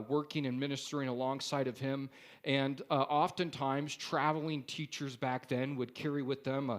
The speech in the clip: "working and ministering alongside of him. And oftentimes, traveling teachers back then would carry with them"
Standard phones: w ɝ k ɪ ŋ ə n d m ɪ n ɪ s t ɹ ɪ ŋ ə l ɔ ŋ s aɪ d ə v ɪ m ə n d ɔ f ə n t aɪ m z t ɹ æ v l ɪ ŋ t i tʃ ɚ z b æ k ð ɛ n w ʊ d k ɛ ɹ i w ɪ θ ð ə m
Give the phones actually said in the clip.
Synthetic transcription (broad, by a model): w ɝ k ɪ ŋ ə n m ɪ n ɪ s t ɹ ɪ ŋ ə l ɔ ŋ s aɪ d ə v ɪ m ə n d ɔ f ə n t aɪ m z t ɹ æ v l ɪ ŋ t i tʃ ɚ z b æ k ð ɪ n w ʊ d k ɛ ɹ i w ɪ ð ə m